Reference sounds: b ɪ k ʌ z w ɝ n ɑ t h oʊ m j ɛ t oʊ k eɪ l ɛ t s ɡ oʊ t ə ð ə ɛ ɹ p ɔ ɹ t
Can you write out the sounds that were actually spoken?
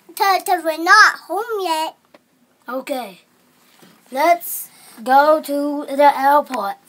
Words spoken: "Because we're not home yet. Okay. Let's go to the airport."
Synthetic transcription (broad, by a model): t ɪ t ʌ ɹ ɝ n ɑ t h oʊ m j ɛ t oʊ k eɪ l ɛ t s ɡ oʊ t ə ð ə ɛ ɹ p ɔ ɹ t